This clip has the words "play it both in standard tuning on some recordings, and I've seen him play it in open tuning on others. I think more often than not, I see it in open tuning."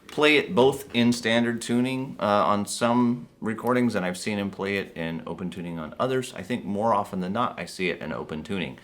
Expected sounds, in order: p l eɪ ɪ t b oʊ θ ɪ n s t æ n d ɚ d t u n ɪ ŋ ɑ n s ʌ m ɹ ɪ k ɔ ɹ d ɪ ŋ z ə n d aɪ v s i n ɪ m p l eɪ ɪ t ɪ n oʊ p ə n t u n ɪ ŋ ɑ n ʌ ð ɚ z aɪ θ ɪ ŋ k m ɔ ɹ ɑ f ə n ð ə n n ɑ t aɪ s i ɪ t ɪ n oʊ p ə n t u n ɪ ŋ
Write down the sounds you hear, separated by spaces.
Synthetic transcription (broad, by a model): p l eɪ ɪ t b oʊ θ ɪ n s t æ n d ɚ d t u n ɪ ŋ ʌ n s ʌ m ɹ ɪ k ɔ ɹ d ɪ ŋ z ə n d aɪ v s i n ɪ m p l eɪ ɪ t ɪ n oʊ p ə n t u n ɪ ŋ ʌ n ʌ ð ɚ z aɪ θ ɪ ŋ k m ɔ ɹ ɑ f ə n ð ə n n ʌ t aɪ s i ɪ t ɪ n oʊ p ə n t u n ɪ ŋ